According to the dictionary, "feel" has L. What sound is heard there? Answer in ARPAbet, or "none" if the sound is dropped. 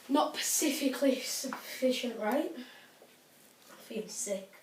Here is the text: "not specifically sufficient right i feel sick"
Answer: N